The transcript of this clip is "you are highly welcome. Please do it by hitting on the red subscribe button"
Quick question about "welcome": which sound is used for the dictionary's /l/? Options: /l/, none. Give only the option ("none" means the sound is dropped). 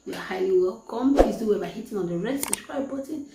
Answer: none